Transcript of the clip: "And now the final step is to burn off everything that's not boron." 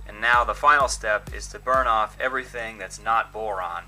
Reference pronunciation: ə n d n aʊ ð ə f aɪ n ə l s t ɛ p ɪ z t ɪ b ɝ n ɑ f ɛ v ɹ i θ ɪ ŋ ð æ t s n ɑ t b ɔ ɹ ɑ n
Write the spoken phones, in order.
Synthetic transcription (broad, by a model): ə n n aʊ ð ə f aɪ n l s t ɛ p ɪ z t ɪ b ɝ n ɑ f ɛ v ɹ i θ ɪ ŋ ð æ t s n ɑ t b ɔ ɹ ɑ n